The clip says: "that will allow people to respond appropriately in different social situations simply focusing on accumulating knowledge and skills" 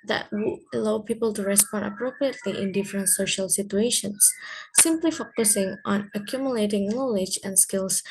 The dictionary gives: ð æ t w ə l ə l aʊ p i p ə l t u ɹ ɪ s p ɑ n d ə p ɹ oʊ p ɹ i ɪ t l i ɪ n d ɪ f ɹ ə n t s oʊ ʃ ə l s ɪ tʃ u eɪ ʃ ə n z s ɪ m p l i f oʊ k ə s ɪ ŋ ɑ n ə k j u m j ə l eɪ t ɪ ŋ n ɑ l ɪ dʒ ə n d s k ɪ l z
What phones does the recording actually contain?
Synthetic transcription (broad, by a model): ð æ t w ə ə l aʊ p i p ə l t u ɹ ɪ s p ɑ n d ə p ɹ oʊ p ɹ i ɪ t l i ɪ n d ɪ f ɹ ə n t s oʊ ʃ ə l s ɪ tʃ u eɪ ʃ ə n s ɪ m p l i f oʊ k ə s ɪ ŋ ɑ n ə k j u m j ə l eɪ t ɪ ŋ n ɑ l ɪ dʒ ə n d s k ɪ l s